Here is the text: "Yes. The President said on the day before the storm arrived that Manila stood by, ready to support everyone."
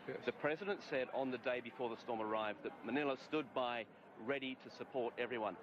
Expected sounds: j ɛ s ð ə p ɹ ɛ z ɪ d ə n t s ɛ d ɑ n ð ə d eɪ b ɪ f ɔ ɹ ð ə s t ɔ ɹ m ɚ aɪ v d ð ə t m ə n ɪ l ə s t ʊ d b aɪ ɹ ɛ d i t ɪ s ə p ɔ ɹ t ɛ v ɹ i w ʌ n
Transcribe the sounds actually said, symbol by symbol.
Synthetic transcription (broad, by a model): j ð ə p ɹ ɛ z ɪ d ə n t s ɛ d n ð ə d eɪ b ɪ f ɔ ɹ ð ə s t ɔ ɹ m ɚ aɪ v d ð ə t m ə n ɪ l ə s t ʊ d b aɪ ɹ ɛ d i t ɪ s ə p ɔ ɹ t ɛ v ɹ i w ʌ n